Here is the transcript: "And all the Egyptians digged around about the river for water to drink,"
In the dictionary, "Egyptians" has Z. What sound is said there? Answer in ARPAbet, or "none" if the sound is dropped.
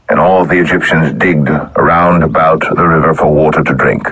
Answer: Z